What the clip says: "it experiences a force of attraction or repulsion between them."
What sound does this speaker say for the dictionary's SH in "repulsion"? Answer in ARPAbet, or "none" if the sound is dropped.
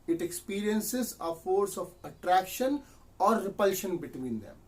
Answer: SH